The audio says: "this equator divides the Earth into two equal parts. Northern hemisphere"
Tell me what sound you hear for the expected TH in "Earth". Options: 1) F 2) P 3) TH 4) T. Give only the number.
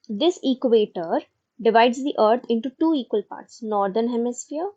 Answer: 4